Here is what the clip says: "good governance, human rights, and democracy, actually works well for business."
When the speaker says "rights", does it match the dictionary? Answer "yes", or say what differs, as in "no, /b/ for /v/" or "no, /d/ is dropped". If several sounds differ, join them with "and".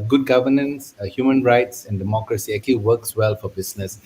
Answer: yes